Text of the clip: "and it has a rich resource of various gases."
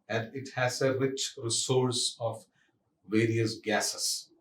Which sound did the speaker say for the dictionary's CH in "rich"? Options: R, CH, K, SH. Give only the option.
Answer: CH